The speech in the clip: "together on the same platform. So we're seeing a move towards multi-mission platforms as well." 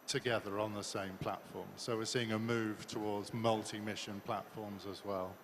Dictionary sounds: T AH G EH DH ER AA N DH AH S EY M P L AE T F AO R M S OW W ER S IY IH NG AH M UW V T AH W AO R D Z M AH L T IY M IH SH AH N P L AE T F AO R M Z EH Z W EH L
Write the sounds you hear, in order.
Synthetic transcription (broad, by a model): T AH G EH DH ER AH N DH AH S EY M P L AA T F AO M S OW W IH S IY IH NG AH M UW V T AH W AO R D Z M AH L T IY M IH SH AH N P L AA T F AO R M Z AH Z W EH L